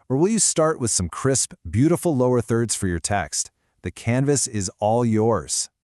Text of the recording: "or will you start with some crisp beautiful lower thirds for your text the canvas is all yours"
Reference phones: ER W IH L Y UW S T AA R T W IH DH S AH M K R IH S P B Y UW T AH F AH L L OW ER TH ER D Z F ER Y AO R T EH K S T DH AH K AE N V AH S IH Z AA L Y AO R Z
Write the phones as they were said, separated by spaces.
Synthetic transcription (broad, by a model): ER W IH L Y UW S T AA R T W IH DH S AH M K R IH S P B Y UW T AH F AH L L OW ER TH ER D Z F ER Y AO R T EH K S T DH AH K AE N V AH S IH Z AA L Y AO R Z